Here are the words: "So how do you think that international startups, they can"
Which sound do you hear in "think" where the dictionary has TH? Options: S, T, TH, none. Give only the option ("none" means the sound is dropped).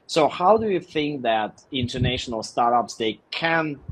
TH